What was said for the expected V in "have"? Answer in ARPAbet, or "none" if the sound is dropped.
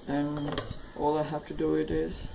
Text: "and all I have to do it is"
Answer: F